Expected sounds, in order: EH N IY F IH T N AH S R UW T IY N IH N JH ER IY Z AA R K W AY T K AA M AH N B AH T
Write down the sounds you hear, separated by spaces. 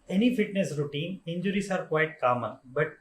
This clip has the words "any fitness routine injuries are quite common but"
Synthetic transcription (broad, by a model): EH N IY F IH T N AH S R UW T IY N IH N JH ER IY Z AA R K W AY T K AA M AH N B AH T